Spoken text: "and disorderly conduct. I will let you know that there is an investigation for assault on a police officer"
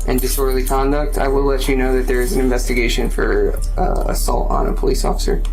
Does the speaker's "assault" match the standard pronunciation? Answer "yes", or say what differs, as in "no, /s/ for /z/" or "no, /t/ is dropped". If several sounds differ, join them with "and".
yes